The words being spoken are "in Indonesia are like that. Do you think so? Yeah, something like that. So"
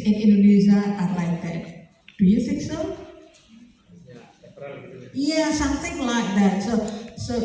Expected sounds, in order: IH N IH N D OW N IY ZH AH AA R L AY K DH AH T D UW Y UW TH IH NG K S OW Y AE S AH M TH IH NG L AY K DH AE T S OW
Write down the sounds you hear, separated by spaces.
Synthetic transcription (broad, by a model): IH N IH N D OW N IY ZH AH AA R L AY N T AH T D UW Y UW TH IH K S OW Y AE S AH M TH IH NG L AY K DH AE T S OW